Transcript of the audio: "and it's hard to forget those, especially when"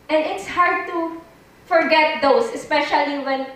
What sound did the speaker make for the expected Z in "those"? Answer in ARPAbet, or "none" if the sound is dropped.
S